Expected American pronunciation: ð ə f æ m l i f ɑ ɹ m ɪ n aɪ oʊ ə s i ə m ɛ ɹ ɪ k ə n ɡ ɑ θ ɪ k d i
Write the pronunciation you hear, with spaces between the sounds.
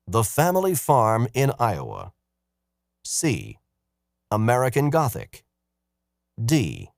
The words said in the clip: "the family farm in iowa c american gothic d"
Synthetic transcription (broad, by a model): ð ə f æ m l i f ɑ ɹ m ɪ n aɪ oʊ ə s i ə m ɛ ɹ ɪ k ə n ɡ ɑ θ ɪ k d i